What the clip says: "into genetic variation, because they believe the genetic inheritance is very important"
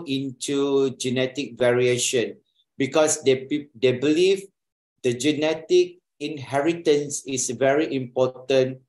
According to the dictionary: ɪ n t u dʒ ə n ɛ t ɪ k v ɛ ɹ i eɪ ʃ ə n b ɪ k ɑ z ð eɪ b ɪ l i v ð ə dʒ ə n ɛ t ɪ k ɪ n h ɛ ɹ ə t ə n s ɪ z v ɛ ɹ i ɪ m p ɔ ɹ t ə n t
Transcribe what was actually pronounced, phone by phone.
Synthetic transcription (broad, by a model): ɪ n t u dʒ ə n ɛ t ɪ k v ɛ ɹ i eɪ ʃ ə n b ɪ k ɑ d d eɪ b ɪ l i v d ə dʒ ə n ɛ t ɪ k ɪ n h ɛ ɹ ə t ə n s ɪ s v ɛ ɹ i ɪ m p ɔ t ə n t